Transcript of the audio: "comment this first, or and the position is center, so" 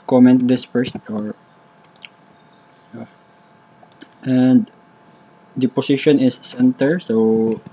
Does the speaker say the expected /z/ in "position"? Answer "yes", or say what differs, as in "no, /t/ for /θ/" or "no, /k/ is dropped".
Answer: no, /s/ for /z/